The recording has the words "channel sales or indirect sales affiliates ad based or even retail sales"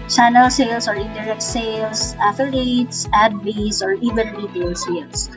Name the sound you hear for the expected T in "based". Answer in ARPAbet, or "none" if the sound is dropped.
none